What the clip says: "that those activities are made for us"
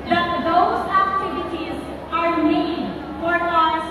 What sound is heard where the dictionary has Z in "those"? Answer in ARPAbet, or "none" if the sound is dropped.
Z